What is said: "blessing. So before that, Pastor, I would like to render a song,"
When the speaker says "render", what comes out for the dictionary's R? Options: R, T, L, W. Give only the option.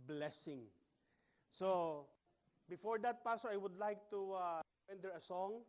W